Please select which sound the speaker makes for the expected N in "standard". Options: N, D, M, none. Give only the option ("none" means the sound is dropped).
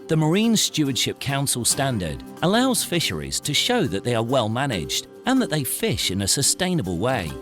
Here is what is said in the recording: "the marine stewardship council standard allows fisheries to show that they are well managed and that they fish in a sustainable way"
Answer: N